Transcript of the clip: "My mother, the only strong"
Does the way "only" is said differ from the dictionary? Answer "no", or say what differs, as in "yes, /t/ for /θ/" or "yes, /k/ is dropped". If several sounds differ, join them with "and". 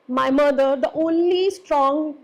no